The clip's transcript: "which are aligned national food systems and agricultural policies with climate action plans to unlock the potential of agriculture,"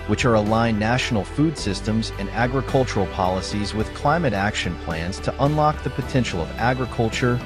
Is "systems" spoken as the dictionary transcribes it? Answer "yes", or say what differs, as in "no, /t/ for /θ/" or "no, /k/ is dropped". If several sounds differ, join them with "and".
yes